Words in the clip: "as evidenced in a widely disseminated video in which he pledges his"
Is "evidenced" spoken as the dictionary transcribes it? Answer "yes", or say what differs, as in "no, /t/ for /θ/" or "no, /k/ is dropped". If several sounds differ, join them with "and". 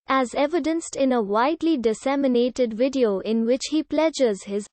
yes